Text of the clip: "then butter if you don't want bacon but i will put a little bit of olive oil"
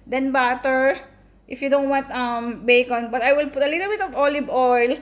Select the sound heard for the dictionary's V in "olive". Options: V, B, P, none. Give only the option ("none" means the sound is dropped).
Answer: B